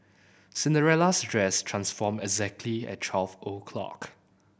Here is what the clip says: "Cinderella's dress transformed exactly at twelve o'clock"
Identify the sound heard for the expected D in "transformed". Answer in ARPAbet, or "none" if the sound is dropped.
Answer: none